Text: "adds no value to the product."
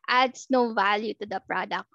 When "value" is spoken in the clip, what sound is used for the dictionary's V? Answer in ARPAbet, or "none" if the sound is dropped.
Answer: V